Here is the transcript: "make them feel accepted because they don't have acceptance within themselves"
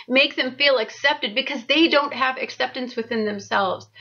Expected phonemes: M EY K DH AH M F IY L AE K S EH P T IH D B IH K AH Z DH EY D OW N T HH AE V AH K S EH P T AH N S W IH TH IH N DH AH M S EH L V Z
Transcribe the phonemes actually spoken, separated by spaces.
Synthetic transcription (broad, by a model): M EY K DH AH M F IY L AE K S EH P T IH D B IH K AH Z DH EY D OW N T HH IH V AH K S EH P T AH N S W IH TH IH N DH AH M S EH L V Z